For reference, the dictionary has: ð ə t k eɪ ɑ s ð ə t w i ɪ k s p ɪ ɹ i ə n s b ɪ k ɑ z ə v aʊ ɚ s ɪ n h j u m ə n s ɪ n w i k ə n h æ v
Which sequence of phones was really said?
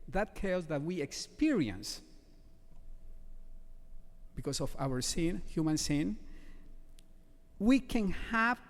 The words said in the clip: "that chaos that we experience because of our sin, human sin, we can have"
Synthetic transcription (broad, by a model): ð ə t k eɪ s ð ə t w i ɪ k s p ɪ ɹ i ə n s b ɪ k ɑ s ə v aʊ ɚ s ɪ n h j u m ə n s ɪ n w i k ə n h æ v